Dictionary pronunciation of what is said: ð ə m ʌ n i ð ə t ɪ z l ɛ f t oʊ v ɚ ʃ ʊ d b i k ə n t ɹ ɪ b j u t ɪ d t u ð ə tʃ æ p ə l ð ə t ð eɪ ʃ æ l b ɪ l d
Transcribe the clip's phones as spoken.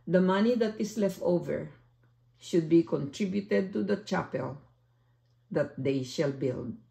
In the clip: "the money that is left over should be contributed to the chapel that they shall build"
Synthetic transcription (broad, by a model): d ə m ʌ n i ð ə t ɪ s l ɛ f t oʊ v ɚ ʃ ʊ d b i k ə n t ɹ ɪ b j u t ɪ d t u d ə tʃ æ p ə l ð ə t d eɪ ʃ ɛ l b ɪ l d